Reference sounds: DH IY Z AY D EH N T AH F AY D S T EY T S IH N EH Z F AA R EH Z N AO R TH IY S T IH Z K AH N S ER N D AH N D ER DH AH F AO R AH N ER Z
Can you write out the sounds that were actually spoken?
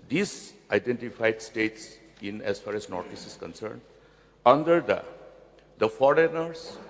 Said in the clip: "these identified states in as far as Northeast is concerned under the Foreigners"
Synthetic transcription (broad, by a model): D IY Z AY D EH N T AH F AY D S T EY T S IH N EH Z F AA R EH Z N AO R T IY S IH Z K AH N S ER N D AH N D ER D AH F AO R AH N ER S